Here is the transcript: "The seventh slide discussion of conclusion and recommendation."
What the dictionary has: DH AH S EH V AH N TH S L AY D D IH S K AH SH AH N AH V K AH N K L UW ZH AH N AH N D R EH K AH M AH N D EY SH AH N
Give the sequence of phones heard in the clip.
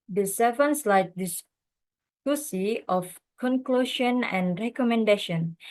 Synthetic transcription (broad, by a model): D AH S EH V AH N S L AY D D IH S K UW S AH AH F K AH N K L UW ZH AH N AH N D R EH K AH M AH N D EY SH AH N